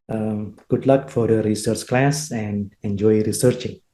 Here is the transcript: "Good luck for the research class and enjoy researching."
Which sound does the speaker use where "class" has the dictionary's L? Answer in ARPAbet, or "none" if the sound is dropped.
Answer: L